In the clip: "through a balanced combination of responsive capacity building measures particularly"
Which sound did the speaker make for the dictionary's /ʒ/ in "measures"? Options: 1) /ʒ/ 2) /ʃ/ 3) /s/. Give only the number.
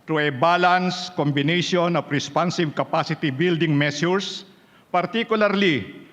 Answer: 3